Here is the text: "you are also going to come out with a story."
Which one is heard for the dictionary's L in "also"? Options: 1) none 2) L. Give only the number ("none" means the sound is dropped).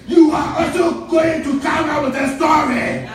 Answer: 1